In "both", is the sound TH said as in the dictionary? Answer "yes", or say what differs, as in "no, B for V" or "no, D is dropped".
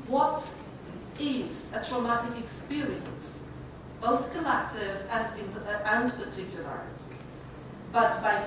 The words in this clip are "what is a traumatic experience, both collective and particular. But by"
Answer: yes